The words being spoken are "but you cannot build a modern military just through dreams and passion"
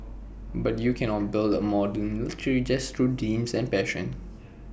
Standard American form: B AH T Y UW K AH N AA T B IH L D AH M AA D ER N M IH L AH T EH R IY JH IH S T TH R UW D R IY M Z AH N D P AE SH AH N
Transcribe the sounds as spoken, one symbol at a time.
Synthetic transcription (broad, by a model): B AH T Y UW K AH N AA T B IH L D AH M AA D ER N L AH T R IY JH IH S T R UW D IY M S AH N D P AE SH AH N